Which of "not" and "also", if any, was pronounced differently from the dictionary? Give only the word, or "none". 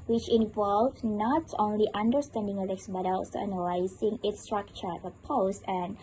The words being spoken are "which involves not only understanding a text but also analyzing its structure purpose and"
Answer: also